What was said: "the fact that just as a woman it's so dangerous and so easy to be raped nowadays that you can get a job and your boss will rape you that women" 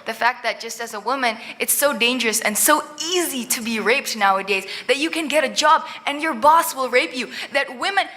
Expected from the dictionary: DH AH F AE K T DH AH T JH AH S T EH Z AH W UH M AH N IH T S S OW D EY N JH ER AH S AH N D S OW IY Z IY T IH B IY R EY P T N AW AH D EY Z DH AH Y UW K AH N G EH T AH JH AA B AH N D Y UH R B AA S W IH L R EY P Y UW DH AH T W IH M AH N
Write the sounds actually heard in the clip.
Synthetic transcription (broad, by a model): DH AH F AE K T DH AH T JH AH S T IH Z AH W UH M AH N IH T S S OW D EY N JH ER AH S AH N S OW IY Z IY T IH B IY R EY P T N AW AH D EY Z DH AH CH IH K AH N G EH T AH JH AA B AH N Y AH R B AA S W IH L R EY P Y UW DH AH T W IH M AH N